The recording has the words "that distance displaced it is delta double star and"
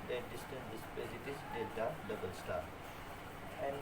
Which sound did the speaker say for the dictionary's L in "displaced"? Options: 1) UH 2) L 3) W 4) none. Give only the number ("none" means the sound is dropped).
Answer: 4